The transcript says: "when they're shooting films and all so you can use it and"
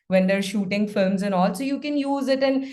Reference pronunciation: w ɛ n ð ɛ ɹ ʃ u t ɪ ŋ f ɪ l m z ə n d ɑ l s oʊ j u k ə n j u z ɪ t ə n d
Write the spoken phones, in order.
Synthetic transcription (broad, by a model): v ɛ n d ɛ ɹ ʃ u t ɪ ŋ f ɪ m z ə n ɑ l s oʊ j u k ə n j u z ɪ t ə n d